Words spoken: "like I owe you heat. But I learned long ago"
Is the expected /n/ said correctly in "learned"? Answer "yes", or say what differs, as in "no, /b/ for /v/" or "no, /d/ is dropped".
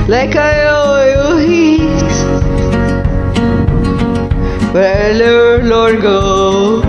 no, /n/ is dropped